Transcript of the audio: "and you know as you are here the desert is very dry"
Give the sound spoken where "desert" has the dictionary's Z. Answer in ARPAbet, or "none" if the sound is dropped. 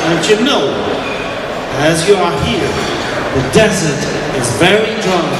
Z